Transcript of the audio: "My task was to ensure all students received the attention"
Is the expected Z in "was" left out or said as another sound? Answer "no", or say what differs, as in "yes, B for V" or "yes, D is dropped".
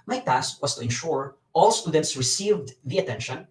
yes, S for Z